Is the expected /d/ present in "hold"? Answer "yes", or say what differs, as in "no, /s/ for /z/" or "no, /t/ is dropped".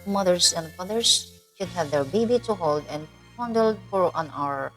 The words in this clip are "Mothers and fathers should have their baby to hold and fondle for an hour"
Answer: yes